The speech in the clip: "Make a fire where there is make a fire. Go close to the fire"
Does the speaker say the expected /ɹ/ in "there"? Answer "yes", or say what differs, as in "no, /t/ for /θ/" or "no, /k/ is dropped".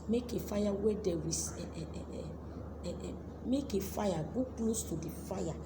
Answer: no, /w/ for /ɹ/